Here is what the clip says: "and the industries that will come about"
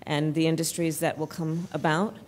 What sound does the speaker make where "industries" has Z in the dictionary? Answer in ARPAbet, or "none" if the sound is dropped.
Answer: Z